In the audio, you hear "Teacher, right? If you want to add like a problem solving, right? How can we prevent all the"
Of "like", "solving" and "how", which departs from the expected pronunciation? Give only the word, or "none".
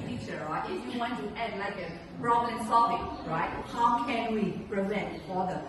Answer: solving